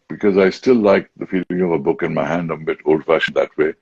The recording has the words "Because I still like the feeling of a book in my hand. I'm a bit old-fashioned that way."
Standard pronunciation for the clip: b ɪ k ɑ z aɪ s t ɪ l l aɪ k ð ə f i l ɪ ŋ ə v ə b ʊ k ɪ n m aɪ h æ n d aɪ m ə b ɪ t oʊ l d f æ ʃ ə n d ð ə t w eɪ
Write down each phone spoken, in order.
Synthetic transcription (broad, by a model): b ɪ k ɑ z aɪ s t ɪ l l aɪ k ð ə f i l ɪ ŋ ə v ə b ʊ k ɪ n m aɪ h æ n d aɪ ə b ɪ t oʊ l d f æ ʃ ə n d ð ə t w eɪ